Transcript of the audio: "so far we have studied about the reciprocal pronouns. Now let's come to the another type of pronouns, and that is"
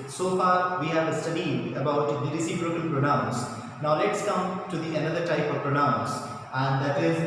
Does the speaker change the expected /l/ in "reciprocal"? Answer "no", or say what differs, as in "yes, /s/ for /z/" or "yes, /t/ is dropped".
yes, /n/ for /l/